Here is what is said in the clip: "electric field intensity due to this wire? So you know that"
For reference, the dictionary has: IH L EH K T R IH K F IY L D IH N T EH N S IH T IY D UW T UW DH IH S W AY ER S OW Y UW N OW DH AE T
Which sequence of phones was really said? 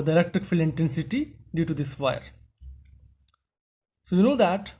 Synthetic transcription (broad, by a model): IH L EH K T R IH K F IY L IH N T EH N S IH T IY D UW T UW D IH S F AY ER S OW Y UW N OW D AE T